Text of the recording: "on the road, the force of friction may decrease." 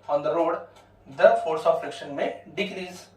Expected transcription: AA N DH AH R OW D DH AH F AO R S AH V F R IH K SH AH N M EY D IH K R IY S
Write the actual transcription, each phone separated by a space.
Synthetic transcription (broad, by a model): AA N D AH R OW D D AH F AO R S AH V F R IH K SH AH N M EY D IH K R IY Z